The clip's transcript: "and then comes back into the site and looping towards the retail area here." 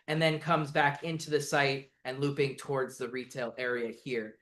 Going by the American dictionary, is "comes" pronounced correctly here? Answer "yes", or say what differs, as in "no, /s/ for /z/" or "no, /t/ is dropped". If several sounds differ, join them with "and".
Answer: yes